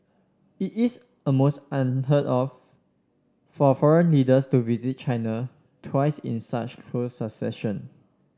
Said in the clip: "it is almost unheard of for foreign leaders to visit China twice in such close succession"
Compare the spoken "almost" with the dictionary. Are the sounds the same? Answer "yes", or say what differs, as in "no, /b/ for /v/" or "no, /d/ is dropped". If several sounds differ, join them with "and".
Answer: no, /l/ is dropped